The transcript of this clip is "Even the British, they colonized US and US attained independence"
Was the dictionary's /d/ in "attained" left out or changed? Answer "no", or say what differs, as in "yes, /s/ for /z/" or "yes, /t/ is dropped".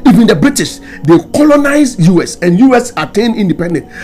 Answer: yes, /d/ is dropped